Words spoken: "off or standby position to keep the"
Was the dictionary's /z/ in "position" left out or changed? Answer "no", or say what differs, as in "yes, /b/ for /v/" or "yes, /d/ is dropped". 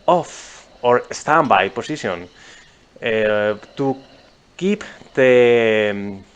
yes, /s/ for /z/